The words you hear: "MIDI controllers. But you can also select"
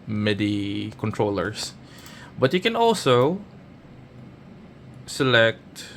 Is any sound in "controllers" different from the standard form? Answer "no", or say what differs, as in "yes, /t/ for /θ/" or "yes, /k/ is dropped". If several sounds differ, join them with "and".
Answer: yes, /s/ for /z/